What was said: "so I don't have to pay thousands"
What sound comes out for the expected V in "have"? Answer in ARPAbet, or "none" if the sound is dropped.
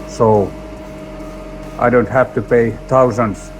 F